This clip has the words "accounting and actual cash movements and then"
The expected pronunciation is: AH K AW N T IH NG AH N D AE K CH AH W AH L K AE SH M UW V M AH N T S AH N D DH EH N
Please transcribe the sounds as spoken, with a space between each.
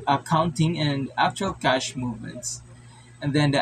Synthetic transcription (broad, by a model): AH K AW N T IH NG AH N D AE K CH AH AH L K AE SH M UW V M AH N T S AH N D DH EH N